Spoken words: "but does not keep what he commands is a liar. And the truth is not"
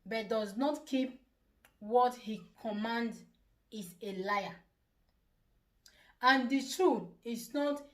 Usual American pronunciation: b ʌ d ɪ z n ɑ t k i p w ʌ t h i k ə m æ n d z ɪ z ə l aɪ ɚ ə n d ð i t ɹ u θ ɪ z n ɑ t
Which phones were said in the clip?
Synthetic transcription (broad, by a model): b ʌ d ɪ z n ɑ t k i p w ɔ t h i k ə m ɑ n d ɪ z ə l aɪ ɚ ə n d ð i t ɹ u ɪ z n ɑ t